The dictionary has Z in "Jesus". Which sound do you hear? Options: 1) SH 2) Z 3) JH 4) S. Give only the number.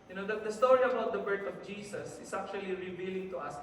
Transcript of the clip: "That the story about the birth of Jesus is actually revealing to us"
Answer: 4